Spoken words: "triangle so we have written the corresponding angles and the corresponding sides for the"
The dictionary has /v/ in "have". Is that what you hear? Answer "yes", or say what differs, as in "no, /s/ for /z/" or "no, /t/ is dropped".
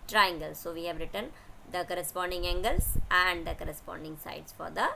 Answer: yes